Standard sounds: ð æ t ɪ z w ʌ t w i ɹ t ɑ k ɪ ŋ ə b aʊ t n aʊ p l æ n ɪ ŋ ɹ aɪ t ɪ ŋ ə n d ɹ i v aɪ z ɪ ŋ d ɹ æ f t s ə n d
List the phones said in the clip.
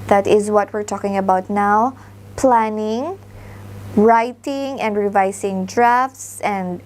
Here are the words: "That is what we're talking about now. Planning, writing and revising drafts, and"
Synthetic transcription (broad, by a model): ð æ t ɪ z w ʌ t w i ɹ t ɑ k ɪ ŋ ə b aʊ t n aʊ p l æ n ɪ ŋ ɹ aɪ t ɪ ŋ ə n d ɹ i v aɪ s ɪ ŋ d ɹ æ f t s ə n d